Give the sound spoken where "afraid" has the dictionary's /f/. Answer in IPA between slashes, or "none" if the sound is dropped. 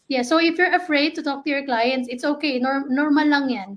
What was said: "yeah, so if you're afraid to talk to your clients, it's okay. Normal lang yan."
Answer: /f/